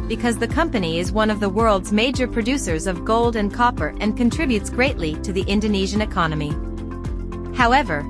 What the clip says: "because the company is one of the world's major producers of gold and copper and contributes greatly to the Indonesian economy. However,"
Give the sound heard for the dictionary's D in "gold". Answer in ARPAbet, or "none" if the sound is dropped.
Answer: D